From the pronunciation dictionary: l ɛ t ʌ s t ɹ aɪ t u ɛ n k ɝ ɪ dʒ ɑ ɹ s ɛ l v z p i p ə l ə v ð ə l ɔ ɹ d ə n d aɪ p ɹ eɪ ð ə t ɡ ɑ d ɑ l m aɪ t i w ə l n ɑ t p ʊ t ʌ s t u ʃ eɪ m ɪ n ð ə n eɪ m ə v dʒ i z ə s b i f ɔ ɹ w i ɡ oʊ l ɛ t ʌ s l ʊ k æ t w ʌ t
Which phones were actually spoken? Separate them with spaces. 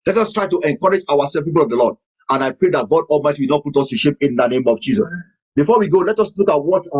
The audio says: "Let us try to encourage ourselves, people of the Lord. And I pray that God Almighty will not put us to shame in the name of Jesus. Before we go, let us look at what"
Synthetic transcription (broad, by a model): l ɛ t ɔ s t ɹ aɪ t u ɛ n k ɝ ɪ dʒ ɑ w s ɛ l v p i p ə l ə v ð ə l ɔ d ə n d aɪ p ɹ eɪ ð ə t ɡ ɑ d ɑ l m aɪ t i w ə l n ɑ t p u t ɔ s t u ʃ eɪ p ɪ n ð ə n eɪ m ə v dʒ i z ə s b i f ɔ w i ɡ oʊ l ɛ t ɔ s l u k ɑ t w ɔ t